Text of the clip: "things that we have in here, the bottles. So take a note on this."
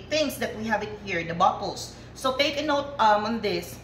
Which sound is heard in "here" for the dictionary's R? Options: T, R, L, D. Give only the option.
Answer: R